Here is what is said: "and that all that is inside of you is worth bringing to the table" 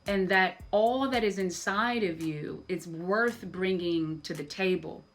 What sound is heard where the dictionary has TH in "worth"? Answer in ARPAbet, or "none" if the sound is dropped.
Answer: TH